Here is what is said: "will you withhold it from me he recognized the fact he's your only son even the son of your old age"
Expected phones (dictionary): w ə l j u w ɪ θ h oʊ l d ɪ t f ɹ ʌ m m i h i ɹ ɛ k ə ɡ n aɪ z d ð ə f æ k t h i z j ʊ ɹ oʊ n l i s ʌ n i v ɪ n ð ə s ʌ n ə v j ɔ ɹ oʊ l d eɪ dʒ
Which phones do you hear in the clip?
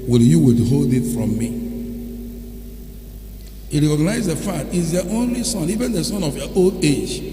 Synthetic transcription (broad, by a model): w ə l j u w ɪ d h oʊ l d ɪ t f ɹ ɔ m m i h i ɹ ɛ k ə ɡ n aɪ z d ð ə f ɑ t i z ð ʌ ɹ oʊ n l i s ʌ n i v ɪ n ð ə s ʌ n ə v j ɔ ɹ oʊ l d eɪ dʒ